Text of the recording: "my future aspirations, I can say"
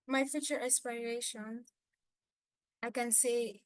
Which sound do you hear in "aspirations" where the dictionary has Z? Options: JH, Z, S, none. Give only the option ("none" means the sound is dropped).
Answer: none